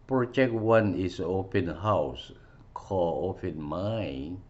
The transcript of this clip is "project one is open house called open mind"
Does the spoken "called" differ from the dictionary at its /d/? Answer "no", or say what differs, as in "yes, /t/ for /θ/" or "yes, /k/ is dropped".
yes, /d/ is dropped